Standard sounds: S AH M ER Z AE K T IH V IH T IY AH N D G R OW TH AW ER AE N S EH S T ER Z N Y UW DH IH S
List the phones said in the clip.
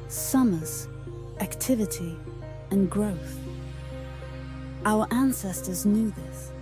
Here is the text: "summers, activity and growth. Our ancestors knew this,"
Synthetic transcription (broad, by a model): S AH M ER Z AE K T IH V IH T IY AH N G R OW TH AW ER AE N S EH S T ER Z N Y UW DH IH S